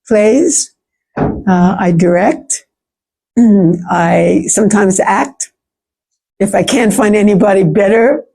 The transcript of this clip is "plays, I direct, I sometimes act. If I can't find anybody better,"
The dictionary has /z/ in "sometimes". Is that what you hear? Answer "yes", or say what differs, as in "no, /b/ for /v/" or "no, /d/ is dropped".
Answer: yes